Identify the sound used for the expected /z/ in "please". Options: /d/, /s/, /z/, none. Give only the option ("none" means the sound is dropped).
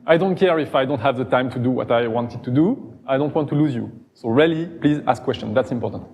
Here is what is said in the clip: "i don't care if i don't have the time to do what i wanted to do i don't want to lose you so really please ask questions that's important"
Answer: /z/